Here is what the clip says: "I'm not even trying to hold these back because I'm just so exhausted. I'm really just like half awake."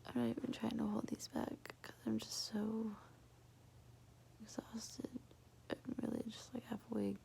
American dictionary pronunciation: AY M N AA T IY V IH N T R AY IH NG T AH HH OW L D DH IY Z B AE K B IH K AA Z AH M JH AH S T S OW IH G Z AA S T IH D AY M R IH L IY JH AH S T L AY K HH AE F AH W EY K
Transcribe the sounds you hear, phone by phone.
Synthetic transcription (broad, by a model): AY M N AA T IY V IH N T R AY IH NG T AH HH OW L D DH IY Z B AE K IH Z AA AH M JH AH S T S OW IH G Z AA S T IH D AY M R IH L IY JH AH S T L AY K HH AE F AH W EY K